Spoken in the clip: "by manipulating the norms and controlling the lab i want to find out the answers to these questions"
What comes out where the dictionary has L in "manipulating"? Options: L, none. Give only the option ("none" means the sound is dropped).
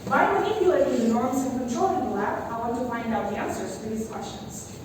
none